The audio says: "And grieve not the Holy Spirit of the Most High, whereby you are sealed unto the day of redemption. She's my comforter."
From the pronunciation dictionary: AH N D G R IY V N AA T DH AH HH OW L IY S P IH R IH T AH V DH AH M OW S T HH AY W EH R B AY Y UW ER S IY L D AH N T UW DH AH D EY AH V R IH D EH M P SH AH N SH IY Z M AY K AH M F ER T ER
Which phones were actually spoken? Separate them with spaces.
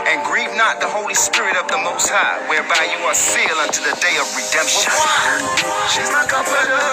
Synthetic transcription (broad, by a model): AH N G R IY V N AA T DH AH HH OW L IY S P IH R IH T AH V DH AH M OW S T HH AY W EH R B AY Y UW ER S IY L AH N T UW DH AH D EY AH V R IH D EH M P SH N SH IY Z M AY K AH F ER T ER